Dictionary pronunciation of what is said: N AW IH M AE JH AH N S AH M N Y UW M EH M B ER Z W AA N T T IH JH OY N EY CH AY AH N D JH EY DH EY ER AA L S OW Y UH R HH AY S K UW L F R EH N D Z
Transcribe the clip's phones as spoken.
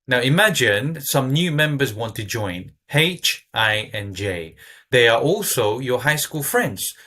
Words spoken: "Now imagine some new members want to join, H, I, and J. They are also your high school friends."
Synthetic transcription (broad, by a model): N AW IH M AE JH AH N S AH M N Y UW M EH M B ER Z W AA N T T IH JH OY N EY CH AY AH N JH EY DH EY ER AA L S OW Y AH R HH AY S K UW L F R EH N D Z